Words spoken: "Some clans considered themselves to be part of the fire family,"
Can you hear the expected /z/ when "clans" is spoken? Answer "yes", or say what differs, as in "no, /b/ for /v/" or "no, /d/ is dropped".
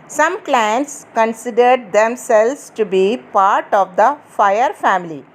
no, /s/ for /z/